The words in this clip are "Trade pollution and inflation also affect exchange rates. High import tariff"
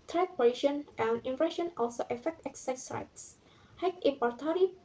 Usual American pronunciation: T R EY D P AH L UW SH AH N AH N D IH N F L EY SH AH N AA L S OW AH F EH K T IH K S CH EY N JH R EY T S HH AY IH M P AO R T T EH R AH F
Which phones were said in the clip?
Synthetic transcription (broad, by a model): T R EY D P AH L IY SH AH N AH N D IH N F EY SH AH N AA L S OW AH F EH K T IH K S EY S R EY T S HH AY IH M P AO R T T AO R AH